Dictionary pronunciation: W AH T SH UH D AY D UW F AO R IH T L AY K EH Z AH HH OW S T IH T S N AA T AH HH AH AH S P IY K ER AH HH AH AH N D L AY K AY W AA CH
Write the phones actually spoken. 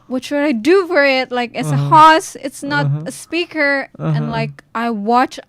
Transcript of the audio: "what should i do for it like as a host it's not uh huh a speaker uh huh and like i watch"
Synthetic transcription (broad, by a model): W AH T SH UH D AY D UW F AO R IH T L AY K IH S AH HH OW S IH T S N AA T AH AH AH S P IY K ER AH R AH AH N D L AY K AY W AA CH